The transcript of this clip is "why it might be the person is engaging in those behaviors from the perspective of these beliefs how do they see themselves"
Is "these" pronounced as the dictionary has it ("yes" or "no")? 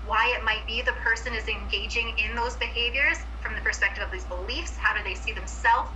yes